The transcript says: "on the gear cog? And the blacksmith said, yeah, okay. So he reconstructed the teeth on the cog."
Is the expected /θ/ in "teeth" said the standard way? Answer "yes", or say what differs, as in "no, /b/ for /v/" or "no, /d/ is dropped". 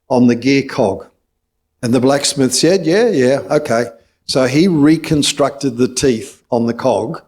yes